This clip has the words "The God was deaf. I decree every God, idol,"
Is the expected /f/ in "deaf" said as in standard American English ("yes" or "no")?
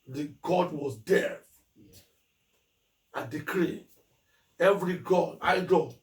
no